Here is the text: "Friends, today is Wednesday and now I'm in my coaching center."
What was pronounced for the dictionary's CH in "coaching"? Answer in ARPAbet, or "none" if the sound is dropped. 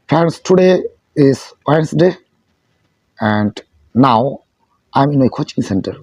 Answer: CH